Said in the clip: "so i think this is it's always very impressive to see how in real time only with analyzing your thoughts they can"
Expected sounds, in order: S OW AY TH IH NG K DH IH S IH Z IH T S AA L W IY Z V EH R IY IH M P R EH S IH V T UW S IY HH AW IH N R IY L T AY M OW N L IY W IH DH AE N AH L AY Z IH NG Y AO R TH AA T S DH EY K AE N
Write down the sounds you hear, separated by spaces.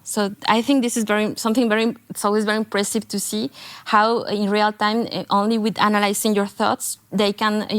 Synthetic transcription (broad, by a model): S OW AY TH IH NG K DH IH S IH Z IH T S AA L W IY Z V EH R IY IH M P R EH S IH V T UW S IY HH AW IH N R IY L T AY M OW N L IY W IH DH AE N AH L AY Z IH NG Y AO R TH AA T S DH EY K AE N